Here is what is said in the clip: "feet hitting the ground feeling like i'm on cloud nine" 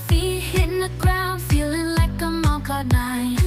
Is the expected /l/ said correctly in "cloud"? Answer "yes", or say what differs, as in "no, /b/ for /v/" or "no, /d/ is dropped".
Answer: no, /l/ is dropped